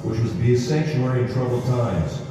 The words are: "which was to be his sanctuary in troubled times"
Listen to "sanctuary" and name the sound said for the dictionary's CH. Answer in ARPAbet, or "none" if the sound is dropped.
SH